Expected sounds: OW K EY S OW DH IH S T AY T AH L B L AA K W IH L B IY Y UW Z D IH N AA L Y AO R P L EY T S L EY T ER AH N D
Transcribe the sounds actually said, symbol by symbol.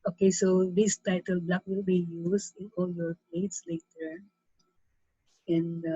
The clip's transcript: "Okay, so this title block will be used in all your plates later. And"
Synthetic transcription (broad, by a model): OW K EY S OW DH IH S T AY T AH L B L AA K W IH L B IY Y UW S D IH N AA L Y AO R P L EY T S L EY T ER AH N